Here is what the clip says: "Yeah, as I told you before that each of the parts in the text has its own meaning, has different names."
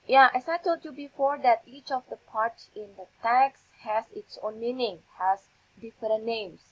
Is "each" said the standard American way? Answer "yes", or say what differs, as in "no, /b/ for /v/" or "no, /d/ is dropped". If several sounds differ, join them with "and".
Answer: yes